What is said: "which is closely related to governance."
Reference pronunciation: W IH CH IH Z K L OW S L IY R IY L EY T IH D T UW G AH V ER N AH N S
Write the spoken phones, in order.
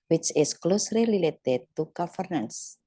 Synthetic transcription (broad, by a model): W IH CH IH S K L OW S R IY L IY L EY T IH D T UW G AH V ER N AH N S